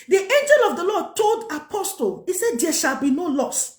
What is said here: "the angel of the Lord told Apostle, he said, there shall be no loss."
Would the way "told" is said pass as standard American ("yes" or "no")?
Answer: yes